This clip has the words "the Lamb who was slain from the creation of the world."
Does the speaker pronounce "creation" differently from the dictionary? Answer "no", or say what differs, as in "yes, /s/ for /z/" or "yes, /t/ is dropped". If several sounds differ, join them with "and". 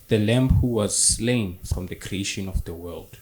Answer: no